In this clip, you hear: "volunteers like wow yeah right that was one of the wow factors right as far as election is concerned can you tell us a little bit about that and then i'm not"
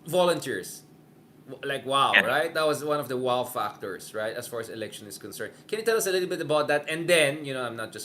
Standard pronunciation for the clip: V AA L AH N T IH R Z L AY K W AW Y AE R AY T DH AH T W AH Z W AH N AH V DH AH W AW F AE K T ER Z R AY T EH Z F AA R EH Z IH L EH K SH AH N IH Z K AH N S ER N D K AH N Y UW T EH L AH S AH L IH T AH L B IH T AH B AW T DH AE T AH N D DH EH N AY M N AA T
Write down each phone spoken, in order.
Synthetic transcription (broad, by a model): V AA L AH N T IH R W L AY K W AW R AY T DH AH T W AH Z W AH N AH V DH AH W AW F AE K T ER S R AY T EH S F AA R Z IH L EH K SH AH N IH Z K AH N S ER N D K AH N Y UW T EH L AH S AH L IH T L B IH T AH B AW T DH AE T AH N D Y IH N AY M N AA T